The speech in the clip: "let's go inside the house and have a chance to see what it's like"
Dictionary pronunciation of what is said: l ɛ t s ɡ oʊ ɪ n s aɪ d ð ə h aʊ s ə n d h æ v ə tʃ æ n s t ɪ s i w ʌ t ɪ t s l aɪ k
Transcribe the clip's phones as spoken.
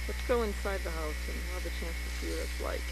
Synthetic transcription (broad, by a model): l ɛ t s ɡ oʊ ɪ n s aɪ d ð ə h aʊ s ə n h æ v ə tʃ æ n s t ɪ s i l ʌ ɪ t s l aɪ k